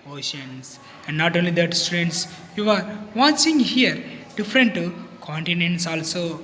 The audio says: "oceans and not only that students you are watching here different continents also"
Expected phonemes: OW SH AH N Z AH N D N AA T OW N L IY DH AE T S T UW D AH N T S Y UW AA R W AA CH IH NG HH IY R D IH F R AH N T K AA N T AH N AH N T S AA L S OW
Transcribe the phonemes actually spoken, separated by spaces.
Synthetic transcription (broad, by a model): OW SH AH N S AH N D N AA T OW N L IY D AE T S T UW D AH N T S Y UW AA R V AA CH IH NG HH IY R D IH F R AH N T K AA N T AH N AH N T S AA L S OW